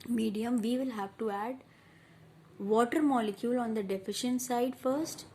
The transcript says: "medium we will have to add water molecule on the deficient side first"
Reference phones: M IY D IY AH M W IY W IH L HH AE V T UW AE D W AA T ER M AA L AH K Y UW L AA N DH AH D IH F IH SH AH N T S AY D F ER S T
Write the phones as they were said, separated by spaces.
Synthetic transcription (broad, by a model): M IY D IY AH M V IY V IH L HH AE V T UW AE D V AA T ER M AA L AH K Y UW L AA N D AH D IH F IH SH AH N T S AY D F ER S T